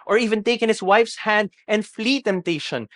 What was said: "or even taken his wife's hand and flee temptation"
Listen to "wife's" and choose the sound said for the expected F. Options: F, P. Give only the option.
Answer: F